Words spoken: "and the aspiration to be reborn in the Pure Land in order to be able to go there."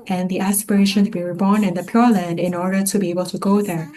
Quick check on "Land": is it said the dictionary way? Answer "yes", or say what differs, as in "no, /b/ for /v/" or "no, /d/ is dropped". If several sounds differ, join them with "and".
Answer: yes